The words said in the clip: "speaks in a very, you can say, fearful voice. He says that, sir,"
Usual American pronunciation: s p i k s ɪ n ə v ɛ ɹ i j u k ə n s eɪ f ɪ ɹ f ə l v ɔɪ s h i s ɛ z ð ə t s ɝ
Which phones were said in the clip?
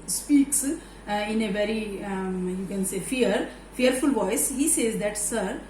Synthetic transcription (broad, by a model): s p i k s ɪ n ə v ɛ ɹ i j u k ə n s eɪ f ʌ ɹ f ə l v ɔɪ s h i s ɛ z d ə t s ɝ